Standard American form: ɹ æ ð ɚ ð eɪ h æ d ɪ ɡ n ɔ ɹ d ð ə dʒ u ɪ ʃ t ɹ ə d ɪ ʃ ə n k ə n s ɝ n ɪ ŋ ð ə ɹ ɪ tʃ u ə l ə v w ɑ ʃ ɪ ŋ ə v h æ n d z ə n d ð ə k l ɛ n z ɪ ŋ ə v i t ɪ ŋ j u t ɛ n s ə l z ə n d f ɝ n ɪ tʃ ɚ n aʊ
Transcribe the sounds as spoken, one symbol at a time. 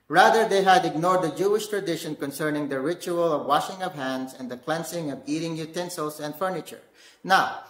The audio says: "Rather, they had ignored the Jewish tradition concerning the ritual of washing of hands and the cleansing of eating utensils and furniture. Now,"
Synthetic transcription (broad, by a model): ɹ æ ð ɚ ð eɪ h æ d ɪ ɡ n ɔ ɹ d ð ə dʒ u ɪ ʃ t ɹ ə d ɪ ʃ ə n k ə n s ɝ n ɪ ŋ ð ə ɹ ɪ tʃ u ə l ə v w ɑ ʃ ɪ ŋ ə v h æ n d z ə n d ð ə k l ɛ n s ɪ ŋ ə v i t ɪ ŋ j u t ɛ n s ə l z ə n d f ɝ n ɪ tʃ ɚ n aʊ